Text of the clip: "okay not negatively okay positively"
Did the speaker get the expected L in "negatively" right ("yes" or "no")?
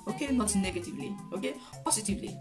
yes